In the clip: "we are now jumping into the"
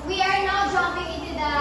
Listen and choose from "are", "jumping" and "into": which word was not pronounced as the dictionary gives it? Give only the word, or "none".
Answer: jumping